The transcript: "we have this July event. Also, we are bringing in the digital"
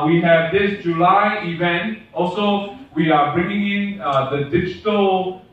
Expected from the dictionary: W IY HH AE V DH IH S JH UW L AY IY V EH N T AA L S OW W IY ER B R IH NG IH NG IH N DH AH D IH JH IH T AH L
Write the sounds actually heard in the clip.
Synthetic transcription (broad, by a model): W IY HH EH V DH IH S JH UW L AY IY V EH N T AA L S OW W IY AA B R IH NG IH NG IH N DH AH D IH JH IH T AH L